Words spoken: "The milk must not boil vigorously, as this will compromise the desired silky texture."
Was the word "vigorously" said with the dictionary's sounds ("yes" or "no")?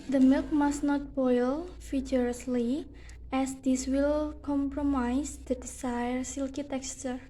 no